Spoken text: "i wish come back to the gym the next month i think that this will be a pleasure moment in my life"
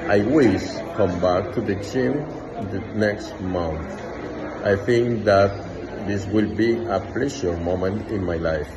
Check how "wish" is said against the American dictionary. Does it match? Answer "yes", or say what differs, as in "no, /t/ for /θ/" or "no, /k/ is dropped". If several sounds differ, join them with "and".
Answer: no, /s/ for /ʃ/